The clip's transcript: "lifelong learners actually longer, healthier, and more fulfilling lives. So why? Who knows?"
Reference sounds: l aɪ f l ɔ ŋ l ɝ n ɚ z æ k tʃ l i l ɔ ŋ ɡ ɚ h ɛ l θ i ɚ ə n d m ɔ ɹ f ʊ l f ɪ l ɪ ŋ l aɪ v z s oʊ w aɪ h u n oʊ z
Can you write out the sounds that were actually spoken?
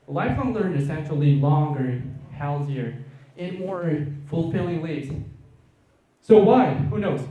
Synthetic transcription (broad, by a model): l aɪ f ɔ l ɝ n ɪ s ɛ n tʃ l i l ɔ ŋ ɡ ɚ h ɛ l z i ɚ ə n m ɔ ɹ f ʊ l f ɪ l ɪ ŋ l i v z s oʊ w aɪ h u n oʊ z